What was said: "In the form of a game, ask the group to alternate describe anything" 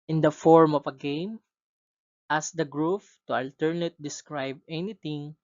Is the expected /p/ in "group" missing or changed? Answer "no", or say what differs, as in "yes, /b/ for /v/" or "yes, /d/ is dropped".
yes, /f/ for /p/